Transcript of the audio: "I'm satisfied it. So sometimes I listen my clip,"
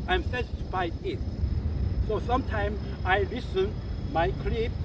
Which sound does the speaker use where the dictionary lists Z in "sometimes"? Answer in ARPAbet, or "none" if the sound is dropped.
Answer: none